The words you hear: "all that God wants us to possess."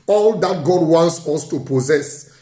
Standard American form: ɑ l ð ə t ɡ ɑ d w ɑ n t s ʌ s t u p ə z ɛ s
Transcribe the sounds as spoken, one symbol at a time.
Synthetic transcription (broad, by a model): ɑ l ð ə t ɡ ɑ d w ɑ n t s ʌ s t u p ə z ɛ s